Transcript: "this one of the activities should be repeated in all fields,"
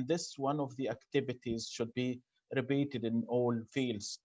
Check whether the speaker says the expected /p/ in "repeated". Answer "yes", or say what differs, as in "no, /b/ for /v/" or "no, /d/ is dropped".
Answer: no, /b/ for /p/